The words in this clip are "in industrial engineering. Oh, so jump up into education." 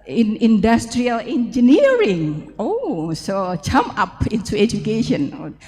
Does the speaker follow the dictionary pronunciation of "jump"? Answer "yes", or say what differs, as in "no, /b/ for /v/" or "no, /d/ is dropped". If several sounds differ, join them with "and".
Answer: no, /p/ is dropped